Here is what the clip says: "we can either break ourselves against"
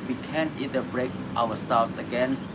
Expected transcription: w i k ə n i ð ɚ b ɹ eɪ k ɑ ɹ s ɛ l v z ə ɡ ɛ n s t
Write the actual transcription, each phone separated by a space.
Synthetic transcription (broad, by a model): w i k ə n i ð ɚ b ɹ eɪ k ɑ w s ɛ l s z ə ɡ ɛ n s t